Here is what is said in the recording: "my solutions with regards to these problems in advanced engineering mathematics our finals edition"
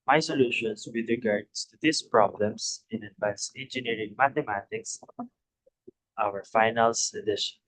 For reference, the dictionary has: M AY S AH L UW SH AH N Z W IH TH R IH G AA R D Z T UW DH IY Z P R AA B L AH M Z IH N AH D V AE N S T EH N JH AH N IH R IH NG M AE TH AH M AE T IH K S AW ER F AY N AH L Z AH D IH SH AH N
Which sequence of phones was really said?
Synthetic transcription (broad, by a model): M AY S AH L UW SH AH N S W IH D R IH G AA R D S T UW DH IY S P R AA B L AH M S IH N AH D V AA N S EH N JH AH N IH R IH NG M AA T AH M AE T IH K S AW ER F AY N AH L S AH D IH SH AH N